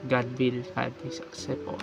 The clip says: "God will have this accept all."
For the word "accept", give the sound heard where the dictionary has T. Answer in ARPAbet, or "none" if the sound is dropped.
none